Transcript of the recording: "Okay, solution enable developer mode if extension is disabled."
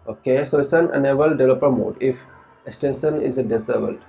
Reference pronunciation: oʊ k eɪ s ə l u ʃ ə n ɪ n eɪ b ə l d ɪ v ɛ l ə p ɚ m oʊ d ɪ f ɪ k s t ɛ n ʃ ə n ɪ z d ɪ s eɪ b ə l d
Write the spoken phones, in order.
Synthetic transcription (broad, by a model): oʊ k eɪ s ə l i s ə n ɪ n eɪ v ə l d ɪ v l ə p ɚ m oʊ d ɪ f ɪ k s t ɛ n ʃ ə n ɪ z d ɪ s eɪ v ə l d